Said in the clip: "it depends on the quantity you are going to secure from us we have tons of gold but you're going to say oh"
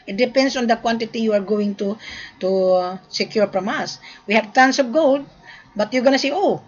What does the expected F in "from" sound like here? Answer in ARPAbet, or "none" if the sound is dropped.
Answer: P